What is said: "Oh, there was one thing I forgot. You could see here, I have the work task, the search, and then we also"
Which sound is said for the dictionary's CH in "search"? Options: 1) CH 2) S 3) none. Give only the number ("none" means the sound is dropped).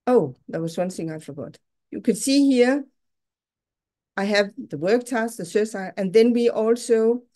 2